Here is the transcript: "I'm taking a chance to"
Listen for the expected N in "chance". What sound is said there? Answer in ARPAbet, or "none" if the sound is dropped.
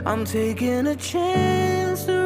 N